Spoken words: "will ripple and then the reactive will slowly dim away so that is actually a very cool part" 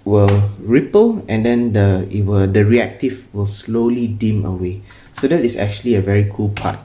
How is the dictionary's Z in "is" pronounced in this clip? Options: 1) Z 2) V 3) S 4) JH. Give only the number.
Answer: 3